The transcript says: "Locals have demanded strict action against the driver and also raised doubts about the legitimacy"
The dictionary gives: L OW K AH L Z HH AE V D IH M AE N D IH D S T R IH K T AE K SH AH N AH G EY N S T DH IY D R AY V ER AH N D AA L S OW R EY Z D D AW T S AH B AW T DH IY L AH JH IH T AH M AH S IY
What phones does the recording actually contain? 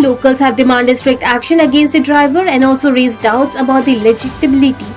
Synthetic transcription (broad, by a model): L OW K AH L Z HH AE V D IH M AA N D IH S T R IH K T AE K SH AH N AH G EY N S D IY D R AY V ER AH N D AA L S OW R EY Z D D AW T S AH B AW T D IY L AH JH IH T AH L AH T IY